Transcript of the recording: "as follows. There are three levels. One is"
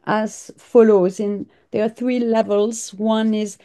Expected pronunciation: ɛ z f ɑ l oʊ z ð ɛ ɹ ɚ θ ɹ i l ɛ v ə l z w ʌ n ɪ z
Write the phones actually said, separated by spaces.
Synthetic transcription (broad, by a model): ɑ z f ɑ l oʊ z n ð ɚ θ ɹ i l ɛ v ə l z w ʌ n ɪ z